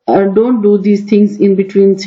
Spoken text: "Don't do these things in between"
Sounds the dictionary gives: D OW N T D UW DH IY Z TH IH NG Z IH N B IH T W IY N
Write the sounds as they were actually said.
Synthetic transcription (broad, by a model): D OW N T D UW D IY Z T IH NG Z IH N B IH T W IY N